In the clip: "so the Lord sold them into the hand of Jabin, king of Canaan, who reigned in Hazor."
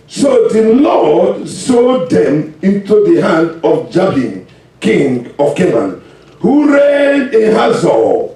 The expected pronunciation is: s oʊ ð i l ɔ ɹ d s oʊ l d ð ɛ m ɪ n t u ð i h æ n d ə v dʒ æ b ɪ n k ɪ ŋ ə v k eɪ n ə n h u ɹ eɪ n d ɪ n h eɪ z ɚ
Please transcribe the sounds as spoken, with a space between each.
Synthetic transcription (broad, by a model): s oʊ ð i l ɔ d s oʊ d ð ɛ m ɪ n t u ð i h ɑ n d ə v dʒ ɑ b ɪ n k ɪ ŋ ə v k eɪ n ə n h u ɹ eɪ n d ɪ h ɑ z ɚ